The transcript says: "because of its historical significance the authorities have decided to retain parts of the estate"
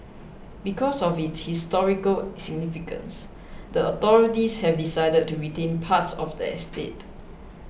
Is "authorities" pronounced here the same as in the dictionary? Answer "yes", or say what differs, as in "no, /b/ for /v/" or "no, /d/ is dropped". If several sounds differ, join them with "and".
no, /t/ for /θ/